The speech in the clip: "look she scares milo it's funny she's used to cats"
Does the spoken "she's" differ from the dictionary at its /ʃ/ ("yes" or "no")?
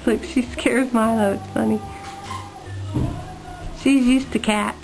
no